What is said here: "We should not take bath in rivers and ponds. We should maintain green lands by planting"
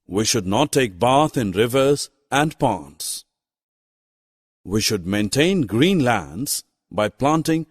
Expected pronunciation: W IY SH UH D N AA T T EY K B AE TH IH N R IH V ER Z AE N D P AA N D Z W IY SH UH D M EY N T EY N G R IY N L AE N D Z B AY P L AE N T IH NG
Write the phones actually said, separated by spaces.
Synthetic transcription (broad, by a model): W IY SH UH D N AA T T EY K B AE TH IH N R IH V ER Z AE N D P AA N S W IY SH UH D M EY N T EY N G R IY N L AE N D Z B AY P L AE N T IH NG